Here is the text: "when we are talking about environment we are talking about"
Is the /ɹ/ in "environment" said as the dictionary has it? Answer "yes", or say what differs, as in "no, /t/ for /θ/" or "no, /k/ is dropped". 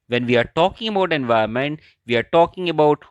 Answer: no, /ɹ/ is dropped